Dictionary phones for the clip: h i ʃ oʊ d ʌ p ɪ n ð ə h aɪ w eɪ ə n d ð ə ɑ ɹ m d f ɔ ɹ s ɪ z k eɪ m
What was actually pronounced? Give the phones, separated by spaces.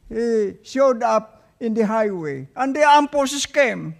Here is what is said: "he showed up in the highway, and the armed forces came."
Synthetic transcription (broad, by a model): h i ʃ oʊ d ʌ p ɪ n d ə h aɪ w eɪ ə n d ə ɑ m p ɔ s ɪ s k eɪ m